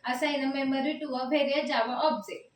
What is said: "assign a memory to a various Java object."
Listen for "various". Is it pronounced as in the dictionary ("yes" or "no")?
no